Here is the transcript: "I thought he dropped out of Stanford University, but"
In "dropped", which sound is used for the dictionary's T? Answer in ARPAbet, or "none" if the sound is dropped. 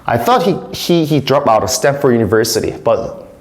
none